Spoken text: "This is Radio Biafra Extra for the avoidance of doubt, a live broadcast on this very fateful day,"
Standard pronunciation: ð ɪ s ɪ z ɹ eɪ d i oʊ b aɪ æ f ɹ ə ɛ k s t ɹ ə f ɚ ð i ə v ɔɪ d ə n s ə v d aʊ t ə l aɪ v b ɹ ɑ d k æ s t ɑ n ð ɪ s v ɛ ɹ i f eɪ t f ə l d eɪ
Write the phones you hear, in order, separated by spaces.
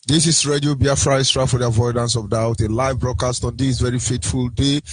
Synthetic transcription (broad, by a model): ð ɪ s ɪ s ɹ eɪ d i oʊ b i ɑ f ɹ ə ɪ s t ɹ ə f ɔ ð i ə v ɔɪ d ə n s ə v d aʊ t ə l aɪ v b ɹ ɑ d k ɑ s t ɑ n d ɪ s v ɛ ɹ i f eɪ t f ə l d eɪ